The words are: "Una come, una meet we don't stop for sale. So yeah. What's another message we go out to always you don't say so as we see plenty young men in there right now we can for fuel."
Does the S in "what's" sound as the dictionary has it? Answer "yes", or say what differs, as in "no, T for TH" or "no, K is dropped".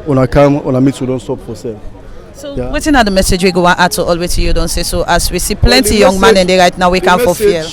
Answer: no, S is dropped